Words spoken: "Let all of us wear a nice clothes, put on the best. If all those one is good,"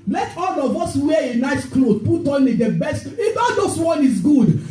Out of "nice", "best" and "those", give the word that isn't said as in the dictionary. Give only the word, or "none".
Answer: those